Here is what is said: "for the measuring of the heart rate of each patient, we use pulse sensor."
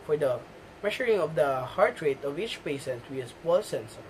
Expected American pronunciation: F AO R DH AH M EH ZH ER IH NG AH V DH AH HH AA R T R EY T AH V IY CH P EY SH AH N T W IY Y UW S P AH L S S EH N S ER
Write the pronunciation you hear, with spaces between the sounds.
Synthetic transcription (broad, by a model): F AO R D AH M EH SH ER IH NG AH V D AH HH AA R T R EY T AH V IY CH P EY S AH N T W IY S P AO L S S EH N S